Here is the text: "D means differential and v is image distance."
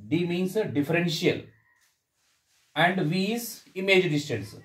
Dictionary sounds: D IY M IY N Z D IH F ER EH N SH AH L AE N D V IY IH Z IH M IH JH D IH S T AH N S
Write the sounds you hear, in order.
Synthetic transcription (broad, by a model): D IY M IY N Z D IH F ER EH N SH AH L AE N D V IY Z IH M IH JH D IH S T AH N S